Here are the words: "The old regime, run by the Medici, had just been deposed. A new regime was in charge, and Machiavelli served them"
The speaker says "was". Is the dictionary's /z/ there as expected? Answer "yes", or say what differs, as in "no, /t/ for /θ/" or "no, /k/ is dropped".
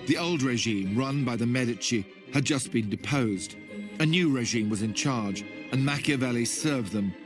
yes